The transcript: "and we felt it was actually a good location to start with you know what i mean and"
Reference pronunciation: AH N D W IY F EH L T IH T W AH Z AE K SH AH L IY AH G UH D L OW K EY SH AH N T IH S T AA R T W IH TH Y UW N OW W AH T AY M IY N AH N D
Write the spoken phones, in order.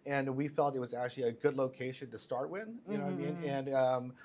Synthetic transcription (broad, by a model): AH N W IY F EH L T IH T W AH Z AE K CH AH L IY AH G UH D L OW K EY SH AH N T IH S T AA R T W IH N Y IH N OW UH AY M IY N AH N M